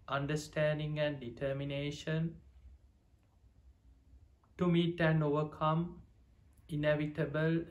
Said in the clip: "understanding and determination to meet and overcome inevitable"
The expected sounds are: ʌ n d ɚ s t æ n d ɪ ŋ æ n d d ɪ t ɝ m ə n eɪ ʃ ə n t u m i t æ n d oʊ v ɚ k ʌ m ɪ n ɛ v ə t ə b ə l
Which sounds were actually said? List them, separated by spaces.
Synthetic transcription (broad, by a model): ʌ n d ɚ s t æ n d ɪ ŋ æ n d d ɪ t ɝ m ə n eɪ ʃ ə n t u m i t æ n oʊ v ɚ k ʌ m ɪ n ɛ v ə t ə b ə l